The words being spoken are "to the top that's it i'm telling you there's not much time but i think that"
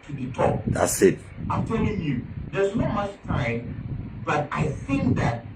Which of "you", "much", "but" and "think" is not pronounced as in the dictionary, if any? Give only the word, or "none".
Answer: none